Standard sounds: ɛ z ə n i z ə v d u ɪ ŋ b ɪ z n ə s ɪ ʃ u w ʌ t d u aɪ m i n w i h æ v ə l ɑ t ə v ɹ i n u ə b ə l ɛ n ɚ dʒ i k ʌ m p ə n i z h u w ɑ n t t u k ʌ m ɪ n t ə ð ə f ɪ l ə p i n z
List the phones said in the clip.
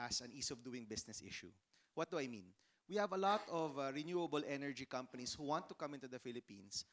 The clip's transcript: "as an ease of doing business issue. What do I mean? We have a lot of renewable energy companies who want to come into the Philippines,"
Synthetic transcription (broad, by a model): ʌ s ə n i s ə v d u ɪ ŋ b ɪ s n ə s ɪ ʃ u w ʌ t d u aɪ m i n w i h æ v ə l ɑ t ə v ɹ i n u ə b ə l ɛ n ɚ dʒ i k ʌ m p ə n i s h u w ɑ n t t u k ʌ m ɪ n t ə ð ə f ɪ l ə p i n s